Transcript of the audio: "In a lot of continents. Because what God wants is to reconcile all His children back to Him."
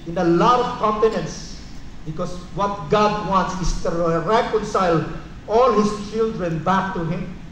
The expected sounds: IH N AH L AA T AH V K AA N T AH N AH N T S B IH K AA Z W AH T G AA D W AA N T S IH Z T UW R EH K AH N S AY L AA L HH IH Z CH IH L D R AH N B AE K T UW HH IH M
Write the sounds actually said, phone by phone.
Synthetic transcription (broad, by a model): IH N AH L AA T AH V K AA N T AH N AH N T S B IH K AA S W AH T G AA D W AA N T S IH S T UW R EH K AH N S AY L AA L HH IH S CH IH L D R AH N B AE K T UW HH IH M